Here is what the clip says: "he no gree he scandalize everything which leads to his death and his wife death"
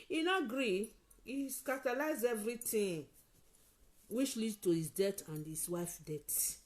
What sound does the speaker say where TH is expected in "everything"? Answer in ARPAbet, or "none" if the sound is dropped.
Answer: T